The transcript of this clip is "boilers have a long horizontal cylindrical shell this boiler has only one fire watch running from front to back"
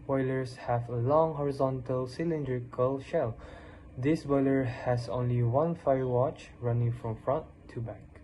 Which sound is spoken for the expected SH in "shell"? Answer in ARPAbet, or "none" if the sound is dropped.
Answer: SH